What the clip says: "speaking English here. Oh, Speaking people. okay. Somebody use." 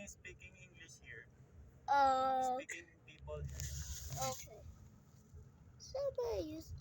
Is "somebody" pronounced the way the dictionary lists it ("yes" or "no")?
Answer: no